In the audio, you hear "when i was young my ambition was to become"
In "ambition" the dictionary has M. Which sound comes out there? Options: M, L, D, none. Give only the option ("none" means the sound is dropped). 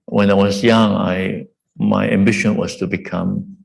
M